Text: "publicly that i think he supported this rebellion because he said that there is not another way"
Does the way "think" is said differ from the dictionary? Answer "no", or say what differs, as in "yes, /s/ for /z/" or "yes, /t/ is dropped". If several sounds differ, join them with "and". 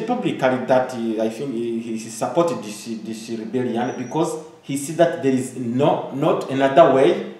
yes, /f/ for /θ/